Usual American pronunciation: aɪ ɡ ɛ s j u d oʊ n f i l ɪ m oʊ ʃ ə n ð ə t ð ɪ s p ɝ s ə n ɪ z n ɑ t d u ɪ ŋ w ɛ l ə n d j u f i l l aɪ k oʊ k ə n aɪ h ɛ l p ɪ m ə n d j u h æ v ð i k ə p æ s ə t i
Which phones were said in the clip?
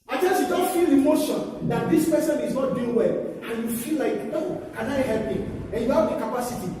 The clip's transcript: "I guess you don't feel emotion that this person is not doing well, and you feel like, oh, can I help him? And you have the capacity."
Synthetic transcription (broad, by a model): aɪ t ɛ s j u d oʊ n f i l ɪ m oʊ ʃ ə n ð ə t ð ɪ s p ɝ s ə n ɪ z n ɑ t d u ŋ w ɛ l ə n j u f i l l aɪ k oʊ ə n aɪ h ɛ l p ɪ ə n j u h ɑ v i k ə p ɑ s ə t i